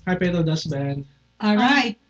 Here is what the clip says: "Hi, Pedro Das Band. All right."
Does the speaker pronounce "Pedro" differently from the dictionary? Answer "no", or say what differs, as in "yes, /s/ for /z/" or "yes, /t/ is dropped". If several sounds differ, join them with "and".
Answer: yes, /ɹ/ is dropped